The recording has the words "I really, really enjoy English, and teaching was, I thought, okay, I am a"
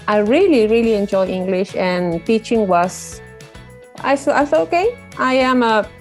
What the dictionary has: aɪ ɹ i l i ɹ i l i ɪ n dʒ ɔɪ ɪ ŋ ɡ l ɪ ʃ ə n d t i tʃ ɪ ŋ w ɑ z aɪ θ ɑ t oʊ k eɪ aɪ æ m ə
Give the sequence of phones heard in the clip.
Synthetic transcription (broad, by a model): aɪ ɹ i l i ɹ i l i ɪ n dʒ ɔɪ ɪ ŋ ɡ l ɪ ʃ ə n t i tʃ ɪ ŋ w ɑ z aɪ s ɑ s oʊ k eɪ aɪ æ m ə